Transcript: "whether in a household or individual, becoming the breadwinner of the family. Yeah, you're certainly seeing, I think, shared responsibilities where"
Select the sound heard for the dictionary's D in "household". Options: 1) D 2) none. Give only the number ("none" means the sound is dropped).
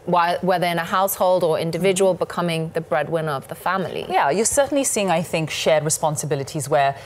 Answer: 1